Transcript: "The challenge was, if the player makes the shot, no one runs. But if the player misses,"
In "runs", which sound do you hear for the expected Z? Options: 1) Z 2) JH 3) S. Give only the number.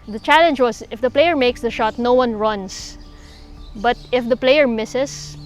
3